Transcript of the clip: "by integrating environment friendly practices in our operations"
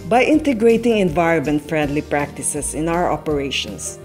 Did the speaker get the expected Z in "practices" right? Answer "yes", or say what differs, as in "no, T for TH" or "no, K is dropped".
no, S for Z